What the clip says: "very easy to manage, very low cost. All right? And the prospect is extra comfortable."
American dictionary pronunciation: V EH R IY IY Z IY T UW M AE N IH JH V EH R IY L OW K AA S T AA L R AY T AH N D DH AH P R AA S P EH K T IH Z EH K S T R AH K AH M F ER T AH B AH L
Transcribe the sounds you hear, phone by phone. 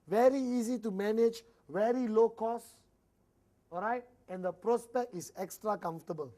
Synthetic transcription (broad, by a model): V EH R IY IY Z IY T UW M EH N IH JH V EH R IY L OW K AA S AA L R AY T AH N D AH P R AA S P EH K T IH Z EH K S T R AH K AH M F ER T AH B AH L